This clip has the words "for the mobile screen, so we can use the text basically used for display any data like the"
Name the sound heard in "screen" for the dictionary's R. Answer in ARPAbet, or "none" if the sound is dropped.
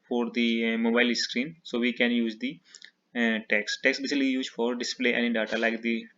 R